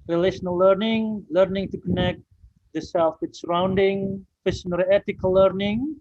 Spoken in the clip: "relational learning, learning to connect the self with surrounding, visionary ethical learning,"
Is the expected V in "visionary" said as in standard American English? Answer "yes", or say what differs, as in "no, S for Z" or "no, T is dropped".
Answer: no, F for V